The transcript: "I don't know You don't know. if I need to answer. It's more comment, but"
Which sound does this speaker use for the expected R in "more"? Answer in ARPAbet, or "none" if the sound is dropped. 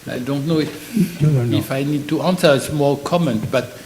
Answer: L